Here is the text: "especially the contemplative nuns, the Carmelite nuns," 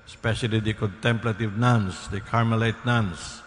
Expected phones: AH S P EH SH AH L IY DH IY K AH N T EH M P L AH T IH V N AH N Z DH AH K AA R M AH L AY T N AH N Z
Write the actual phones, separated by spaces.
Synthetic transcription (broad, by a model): S P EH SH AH L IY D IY K AH N T EH M P L AH T IH V N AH N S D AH K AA R M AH L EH T N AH N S